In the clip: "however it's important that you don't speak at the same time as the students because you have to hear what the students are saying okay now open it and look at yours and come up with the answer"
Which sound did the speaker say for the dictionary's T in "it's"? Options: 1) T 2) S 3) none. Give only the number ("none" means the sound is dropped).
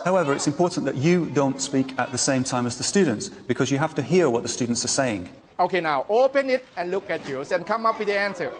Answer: 1